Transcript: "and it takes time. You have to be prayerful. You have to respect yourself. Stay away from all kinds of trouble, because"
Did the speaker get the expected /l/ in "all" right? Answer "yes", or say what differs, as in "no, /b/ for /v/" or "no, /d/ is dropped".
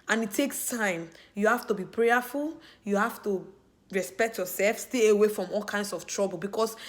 yes